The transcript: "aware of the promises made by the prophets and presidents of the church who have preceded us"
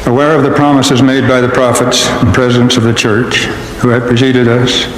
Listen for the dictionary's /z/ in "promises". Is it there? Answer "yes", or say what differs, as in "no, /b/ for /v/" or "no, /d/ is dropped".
yes